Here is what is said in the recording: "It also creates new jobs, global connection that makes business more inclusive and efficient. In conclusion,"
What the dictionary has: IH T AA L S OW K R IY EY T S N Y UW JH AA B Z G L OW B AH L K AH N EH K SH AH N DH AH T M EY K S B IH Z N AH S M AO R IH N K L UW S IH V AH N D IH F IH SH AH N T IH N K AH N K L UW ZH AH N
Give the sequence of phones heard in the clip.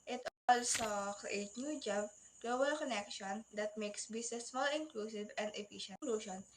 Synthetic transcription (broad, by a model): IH T AA L S OW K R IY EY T N Y UW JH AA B G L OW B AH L K AH N EH K SH AH N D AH T M EY K S B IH S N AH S M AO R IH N K L UW S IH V AH N D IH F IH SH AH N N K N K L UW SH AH N